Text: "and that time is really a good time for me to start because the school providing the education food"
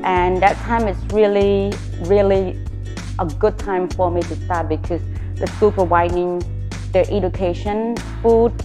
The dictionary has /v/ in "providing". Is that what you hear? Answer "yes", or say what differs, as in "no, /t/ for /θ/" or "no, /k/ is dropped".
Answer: no, /w/ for /v/